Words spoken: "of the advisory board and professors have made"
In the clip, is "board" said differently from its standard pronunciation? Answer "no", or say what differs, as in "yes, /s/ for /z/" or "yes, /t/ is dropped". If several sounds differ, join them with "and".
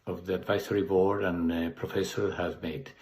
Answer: yes, /d/ is dropped